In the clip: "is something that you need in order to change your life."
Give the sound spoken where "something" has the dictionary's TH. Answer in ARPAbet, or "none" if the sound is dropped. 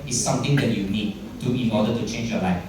T